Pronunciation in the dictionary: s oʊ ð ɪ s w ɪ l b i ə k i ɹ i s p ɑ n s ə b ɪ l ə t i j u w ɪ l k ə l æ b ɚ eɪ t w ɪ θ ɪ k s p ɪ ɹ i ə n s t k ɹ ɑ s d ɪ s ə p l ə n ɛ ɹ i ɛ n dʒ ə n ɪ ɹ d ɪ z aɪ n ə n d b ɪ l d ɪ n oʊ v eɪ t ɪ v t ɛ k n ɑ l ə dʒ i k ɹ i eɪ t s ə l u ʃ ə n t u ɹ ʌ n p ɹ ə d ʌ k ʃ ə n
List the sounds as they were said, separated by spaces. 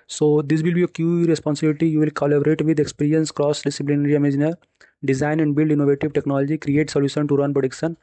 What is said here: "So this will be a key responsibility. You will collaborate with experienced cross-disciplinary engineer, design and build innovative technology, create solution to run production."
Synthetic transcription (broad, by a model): s oʊ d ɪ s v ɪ l b i ə k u ɹ i s p ɑ n s ə b ɪ l ə t i j u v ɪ l k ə l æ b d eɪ t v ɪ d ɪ k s p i ɹ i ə n s k ɹ ɑ s d ɪ s ə p l ə n ɛ ɹ i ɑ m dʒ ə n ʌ ɹ d ɪ z aɪ n ə n d b ɪ l d ɪ n oʊ v eɪ t ɪ v t ɛ k n ɑ l ə dʒ i k ɹ i eɪ t s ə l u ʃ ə n t u ɹ ʌ n p ɹ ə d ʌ k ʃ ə n